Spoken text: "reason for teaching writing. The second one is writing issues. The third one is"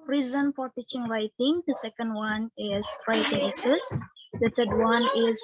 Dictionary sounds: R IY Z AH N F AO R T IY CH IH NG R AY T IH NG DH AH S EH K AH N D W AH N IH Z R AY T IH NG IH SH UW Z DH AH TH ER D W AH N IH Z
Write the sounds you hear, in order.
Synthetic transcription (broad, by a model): R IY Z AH N F AO R T IY CH IH NG R AY T IH NG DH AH S EH K AH N D W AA N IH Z R AY T IH NG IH S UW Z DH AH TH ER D W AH N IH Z